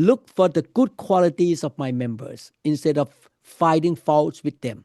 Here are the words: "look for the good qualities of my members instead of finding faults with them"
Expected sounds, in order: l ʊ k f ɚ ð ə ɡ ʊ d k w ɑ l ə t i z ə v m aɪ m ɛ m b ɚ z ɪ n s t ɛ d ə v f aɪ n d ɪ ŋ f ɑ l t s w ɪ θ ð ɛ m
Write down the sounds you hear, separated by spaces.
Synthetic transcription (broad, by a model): l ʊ k f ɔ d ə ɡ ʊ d k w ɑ l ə t i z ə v m aɪ m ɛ m b ɚ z ɪ n s t ɛ d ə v f aɪ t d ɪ ŋ f ɑ l t s w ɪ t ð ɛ m